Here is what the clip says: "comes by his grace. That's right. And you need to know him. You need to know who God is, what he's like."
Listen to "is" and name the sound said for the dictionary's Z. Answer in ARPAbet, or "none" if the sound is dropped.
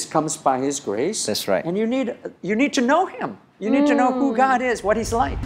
Z